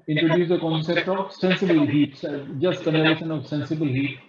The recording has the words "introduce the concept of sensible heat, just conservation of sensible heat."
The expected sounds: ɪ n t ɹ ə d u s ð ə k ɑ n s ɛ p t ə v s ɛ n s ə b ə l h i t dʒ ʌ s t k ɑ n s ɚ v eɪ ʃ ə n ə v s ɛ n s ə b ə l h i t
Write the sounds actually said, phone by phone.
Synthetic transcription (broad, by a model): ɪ n t ɹ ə d u s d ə k ɑ n s ɛ p t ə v s ɛ n s ə b ə l h i t dʒ ʌ s t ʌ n ɚ eɪ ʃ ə n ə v s ɛ n s ə b ə l h i t